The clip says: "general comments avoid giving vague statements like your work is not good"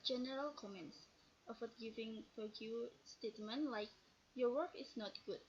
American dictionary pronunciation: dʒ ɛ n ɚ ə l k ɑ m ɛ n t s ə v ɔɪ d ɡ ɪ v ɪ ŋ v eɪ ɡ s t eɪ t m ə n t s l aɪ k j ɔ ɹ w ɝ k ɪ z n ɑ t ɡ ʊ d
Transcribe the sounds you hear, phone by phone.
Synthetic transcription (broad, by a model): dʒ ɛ n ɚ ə l k ɑ m ɛ n t s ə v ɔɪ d ɡ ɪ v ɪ ŋ p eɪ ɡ s t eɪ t m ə n l aɪ k j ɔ w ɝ k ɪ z n ɑ t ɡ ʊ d